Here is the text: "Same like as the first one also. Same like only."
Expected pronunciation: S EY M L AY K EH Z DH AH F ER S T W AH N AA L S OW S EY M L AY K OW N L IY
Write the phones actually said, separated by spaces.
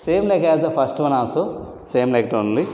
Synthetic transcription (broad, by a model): S EY M L AY K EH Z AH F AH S T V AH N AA S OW S EY M L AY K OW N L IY